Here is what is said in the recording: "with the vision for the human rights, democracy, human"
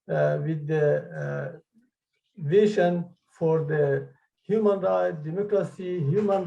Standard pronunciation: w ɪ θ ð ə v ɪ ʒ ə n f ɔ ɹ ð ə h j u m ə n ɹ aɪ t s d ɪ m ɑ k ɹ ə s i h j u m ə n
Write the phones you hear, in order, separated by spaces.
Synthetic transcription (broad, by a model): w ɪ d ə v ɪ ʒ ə n f ɔ ɹ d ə h j u m ə n ɹ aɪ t d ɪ m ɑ k ɹ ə s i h j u m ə n